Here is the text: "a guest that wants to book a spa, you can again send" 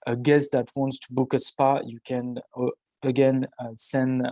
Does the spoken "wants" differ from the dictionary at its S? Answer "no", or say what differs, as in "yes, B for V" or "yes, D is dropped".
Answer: no